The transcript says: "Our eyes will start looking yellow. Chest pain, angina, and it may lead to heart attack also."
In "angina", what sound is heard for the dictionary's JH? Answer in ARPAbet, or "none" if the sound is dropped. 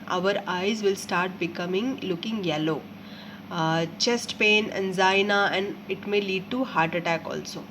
Z